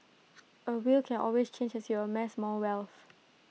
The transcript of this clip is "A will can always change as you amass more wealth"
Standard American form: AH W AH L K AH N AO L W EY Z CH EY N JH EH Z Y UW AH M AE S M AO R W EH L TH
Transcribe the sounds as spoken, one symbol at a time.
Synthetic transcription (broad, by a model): AH W AH L K AH N AO L W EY S CH EY N JH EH S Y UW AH M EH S M AO L W EH L TH